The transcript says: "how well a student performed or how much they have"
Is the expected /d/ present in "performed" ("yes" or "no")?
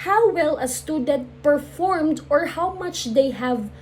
yes